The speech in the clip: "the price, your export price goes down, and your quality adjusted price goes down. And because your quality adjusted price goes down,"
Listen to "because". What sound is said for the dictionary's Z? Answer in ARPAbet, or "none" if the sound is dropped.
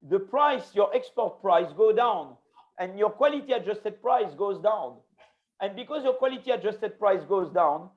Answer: Z